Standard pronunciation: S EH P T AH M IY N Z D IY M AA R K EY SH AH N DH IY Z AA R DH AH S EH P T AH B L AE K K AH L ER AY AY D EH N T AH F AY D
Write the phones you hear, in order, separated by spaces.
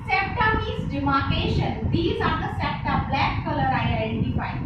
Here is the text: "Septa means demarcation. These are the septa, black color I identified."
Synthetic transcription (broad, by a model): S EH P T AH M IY Z D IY M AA R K EY SH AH N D IY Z AA R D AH S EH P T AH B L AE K K AH L ER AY AY D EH N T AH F AY